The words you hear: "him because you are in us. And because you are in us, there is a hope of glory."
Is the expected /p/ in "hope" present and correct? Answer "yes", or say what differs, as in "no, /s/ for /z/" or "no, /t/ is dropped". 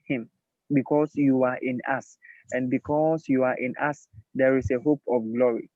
yes